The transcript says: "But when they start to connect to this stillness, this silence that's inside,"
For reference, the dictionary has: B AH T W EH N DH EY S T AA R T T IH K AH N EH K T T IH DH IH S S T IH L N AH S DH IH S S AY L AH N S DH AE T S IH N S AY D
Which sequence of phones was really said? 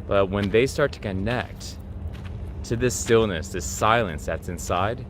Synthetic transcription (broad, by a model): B AH T W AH N DH EY S T AA R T T IH K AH N EH K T T IH DH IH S S T IH L N AH S DH IH S S AY L AH N S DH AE T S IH N S AY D